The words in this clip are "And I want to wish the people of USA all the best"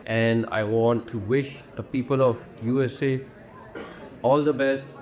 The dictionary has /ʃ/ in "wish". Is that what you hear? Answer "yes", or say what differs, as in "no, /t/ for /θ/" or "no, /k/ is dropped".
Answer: yes